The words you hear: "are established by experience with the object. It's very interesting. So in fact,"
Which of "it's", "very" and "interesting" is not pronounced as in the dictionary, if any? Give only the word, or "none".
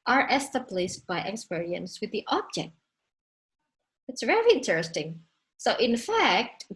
very